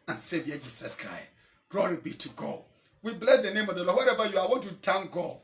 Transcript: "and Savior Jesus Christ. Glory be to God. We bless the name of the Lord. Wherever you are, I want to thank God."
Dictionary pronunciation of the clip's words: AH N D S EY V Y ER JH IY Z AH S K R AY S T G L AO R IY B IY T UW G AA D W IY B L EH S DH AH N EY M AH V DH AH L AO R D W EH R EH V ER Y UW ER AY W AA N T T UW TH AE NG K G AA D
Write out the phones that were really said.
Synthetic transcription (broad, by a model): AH N S EY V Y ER JH IY S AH S K R AY S T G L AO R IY B IY T UW G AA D W IY B L EH S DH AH N EY M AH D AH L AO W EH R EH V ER Y UW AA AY W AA N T T UW T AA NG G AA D